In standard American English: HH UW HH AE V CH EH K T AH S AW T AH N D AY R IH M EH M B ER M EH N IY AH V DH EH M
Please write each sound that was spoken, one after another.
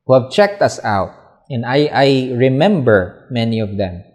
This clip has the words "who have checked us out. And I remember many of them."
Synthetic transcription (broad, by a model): HH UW HH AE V CH EH K T AH S AW T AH N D AY R IH M EH M B ER M EH N IY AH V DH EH M